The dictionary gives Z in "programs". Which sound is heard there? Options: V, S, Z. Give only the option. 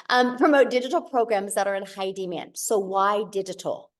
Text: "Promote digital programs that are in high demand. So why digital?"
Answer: Z